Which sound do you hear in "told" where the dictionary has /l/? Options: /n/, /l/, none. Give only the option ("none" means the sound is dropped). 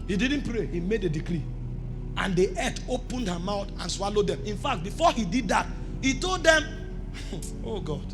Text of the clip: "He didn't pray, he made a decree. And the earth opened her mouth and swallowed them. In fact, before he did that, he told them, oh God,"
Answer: /l/